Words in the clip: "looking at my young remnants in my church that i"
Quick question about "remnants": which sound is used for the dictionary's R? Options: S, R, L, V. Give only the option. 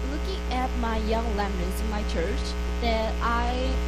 L